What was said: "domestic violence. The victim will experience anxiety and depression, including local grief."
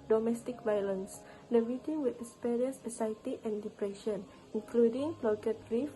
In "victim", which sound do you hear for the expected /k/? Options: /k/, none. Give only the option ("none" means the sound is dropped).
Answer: none